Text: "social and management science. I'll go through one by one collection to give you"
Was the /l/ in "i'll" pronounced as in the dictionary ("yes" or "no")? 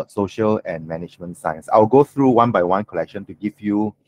no